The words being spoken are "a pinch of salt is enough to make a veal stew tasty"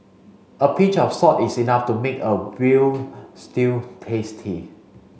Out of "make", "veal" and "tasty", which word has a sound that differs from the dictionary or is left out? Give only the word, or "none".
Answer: veal